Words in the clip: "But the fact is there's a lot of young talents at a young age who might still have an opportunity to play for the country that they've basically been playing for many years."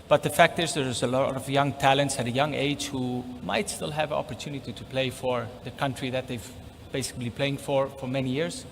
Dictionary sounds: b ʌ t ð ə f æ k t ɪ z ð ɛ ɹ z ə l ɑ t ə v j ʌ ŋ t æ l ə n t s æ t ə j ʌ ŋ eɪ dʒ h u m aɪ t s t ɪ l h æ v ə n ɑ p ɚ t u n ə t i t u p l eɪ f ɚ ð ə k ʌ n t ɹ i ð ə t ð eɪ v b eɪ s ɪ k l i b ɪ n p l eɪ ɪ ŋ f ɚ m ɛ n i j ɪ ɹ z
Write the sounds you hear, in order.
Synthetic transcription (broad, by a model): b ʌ t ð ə f æ k t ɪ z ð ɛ ɹ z ə l ɑ t ə v j ʌ ŋ t æ l ə n t s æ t ə j ʌ ŋ eɪ dʒ h u m aɪ t s t ɪ l h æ v ə n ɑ p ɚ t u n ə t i t u p l eɪ f ɚ ð ə k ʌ n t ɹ i ð ə t ð eɪ v b eɪ s ɪ k l i p l eɪ ɪ ŋ f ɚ m ɛ n i j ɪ ɹ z